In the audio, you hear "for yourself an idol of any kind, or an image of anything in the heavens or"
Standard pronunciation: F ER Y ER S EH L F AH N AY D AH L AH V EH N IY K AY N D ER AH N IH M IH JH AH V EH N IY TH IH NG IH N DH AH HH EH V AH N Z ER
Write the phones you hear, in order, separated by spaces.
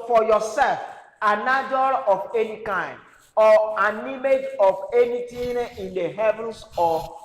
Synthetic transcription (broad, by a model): F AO Y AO S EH L F AH N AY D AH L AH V EH N IY K AY N D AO AH N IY M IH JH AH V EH N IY T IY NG IH N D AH HH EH V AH N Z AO